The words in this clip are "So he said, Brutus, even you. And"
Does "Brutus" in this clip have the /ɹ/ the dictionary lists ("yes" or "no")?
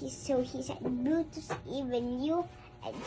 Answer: no